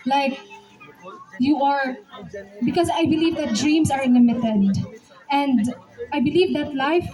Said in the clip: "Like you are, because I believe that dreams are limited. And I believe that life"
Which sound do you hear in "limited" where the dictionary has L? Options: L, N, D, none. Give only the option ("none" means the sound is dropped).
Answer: N